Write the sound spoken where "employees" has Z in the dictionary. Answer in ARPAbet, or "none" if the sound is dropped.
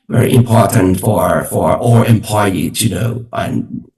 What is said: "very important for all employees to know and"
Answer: none